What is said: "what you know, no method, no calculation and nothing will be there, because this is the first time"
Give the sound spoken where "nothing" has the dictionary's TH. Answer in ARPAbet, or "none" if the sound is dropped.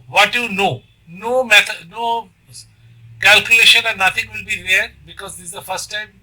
T